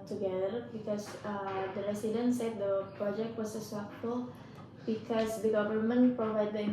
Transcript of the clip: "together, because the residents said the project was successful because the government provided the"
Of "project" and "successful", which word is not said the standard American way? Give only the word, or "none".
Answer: successful